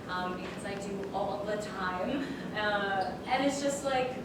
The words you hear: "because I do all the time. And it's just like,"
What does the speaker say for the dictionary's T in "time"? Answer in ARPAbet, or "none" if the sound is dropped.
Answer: T